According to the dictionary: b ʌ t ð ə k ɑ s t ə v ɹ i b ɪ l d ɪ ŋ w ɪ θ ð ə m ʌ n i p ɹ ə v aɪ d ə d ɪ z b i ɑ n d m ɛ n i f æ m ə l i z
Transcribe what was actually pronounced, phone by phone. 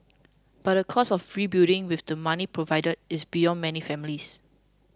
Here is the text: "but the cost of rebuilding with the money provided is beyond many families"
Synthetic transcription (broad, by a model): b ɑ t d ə k ɑ s ə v ɹ i b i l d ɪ ŋ w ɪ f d ə m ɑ n i p ɹ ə v aɪ d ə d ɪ s b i ɑ n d m ɛ n i f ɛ m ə l i s